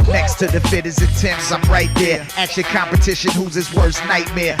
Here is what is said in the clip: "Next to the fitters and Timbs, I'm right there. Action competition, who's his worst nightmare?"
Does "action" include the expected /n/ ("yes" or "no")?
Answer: no